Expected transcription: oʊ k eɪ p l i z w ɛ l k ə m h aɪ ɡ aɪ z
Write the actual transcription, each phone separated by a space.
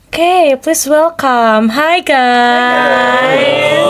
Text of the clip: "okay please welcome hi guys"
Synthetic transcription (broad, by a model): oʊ k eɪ p l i s w ɛ l k ə m h aɪ ɡ aɪ